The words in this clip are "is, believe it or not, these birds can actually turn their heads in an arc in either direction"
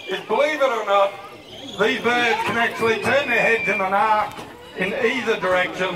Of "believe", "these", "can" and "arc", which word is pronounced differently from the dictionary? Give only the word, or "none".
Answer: none